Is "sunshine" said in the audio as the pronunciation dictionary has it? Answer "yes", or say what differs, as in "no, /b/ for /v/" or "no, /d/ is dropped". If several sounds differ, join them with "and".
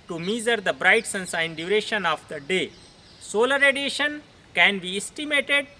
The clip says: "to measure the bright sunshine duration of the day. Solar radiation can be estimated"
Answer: no, /s/ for /ʃ/